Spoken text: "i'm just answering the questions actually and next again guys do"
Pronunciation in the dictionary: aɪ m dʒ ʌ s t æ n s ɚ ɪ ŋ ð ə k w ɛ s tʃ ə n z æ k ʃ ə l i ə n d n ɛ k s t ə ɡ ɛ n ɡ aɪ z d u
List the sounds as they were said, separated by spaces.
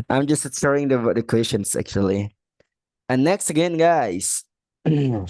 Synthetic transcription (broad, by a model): aɪ m dʒ ʌ s t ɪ s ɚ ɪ ŋ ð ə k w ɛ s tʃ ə n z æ k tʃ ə l i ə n n ɛ k s t ə ɡ ɛ n ɡ aɪ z